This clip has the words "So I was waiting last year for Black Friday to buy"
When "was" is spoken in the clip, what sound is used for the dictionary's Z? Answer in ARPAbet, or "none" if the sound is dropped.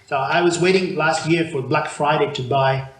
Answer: Z